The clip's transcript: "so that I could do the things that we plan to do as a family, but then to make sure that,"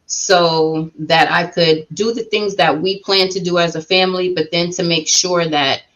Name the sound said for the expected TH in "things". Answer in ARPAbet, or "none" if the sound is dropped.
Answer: TH